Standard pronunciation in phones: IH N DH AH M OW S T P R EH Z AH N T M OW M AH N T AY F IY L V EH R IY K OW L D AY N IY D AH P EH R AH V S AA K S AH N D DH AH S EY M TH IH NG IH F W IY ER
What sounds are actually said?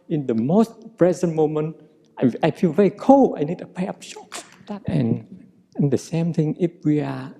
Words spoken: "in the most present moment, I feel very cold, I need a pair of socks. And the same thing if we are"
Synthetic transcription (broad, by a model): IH N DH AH M OW S T P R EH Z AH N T M OW M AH N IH AY F IY L V EH R IY K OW L AY N IY D AH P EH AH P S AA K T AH N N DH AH S EY M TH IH NG IH F W IY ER